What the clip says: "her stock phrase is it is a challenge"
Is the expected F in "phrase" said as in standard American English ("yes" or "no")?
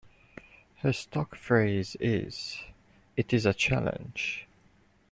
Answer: yes